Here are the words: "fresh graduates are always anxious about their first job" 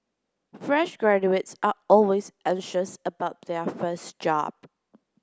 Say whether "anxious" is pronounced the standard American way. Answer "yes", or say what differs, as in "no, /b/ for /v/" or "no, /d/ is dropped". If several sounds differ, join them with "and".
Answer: yes